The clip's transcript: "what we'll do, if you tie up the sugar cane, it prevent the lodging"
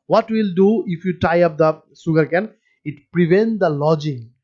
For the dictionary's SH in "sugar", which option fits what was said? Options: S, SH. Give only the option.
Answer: S